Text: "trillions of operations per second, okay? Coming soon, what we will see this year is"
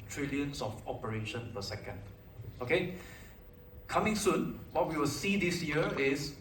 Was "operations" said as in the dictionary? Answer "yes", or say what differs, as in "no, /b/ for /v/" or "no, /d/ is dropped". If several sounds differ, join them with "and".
no, /z/ is dropped